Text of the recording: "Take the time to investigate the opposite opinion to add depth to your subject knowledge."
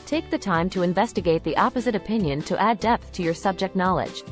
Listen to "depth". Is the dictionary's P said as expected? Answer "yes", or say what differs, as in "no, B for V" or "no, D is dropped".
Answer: yes